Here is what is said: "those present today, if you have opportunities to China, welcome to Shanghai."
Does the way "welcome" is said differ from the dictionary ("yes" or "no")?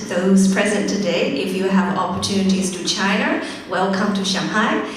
no